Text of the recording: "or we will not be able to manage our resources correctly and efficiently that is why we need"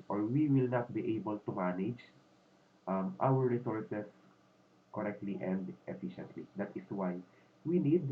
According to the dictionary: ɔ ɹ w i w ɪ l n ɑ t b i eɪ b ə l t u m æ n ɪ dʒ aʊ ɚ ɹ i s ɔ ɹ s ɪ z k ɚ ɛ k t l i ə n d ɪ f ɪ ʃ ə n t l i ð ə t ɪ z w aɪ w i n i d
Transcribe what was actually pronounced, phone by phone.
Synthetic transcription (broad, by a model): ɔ ɹ w i w ɪ l n ɑ t b i eɪ b ə l t u m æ n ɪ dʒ aʊ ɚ ɹ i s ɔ ɹ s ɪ s k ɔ ɛ k t l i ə n d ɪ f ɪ ʃ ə n t l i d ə t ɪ s w aɪ w i n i d